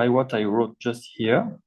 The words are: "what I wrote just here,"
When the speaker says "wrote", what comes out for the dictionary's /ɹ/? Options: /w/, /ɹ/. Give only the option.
/ɹ/